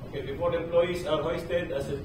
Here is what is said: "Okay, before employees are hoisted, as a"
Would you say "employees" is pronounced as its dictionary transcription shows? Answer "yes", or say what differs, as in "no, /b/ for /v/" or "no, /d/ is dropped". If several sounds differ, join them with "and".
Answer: no, /s/ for /z/